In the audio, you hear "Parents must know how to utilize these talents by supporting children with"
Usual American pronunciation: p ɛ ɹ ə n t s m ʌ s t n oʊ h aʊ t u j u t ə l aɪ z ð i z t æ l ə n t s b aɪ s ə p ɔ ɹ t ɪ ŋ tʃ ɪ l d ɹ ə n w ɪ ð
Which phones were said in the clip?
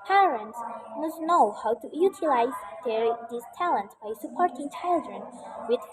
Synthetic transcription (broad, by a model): p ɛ ɹ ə n t s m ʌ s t n oʊ h aʊ t u j u t ə l aɪ z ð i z t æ l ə n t b aɪ s ə p ɔ ɹ t ɪ ŋ tʃ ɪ l d ɹ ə n w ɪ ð